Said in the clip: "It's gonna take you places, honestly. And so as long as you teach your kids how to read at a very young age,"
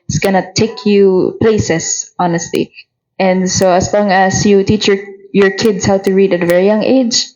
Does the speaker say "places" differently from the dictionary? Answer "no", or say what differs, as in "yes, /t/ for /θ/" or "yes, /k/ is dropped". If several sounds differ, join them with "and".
yes, /s/ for /z/